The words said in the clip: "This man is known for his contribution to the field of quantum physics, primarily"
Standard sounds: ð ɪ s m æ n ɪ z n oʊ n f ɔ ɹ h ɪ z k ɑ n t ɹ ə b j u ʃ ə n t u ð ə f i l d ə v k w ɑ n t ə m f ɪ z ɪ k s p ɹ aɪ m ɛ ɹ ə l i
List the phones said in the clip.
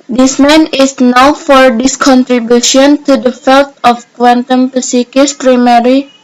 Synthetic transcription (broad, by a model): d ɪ s m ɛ n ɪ s n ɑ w f ɔ ɹ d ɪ s k ɑ n t ɹ ə b j u ʃ ə n t u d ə f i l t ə f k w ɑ n t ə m p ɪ s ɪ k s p ɹ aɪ m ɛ ɹ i